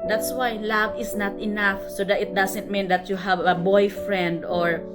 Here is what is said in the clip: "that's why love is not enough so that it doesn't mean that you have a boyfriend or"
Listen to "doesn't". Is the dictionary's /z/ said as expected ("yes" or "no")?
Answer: no